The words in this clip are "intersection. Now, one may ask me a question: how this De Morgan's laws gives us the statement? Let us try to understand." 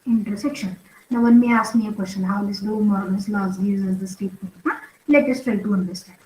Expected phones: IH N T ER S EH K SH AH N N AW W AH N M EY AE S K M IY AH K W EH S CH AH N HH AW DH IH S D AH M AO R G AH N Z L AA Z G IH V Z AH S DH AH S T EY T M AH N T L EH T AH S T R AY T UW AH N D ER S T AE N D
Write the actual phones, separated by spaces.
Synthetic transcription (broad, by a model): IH N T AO S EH K SH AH N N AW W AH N M EY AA S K M IY AH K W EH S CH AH N HH AW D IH S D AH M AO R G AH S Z L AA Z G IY Z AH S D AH S T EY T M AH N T L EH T AH S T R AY T UW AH N D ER S T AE N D